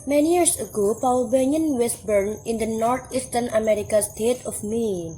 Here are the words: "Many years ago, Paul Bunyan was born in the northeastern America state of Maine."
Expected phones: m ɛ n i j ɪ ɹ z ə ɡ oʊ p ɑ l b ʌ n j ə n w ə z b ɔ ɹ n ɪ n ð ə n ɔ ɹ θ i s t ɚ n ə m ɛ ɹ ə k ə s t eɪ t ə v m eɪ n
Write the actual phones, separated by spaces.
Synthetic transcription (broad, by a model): m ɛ n i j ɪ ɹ s ə ɡ oʊ p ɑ w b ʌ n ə n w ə s b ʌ ɹ n ɪ n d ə n ɔ ɹ t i s t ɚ n ə m ɛ ɹ ə k ə s t eɪ t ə f m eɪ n